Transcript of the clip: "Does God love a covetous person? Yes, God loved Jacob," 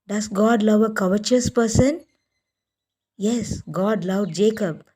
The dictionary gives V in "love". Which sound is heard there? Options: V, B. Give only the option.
V